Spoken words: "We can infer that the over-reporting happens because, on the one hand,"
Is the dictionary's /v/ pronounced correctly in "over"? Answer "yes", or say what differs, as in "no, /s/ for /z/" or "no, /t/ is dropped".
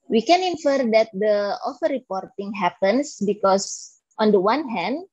no, /f/ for /v/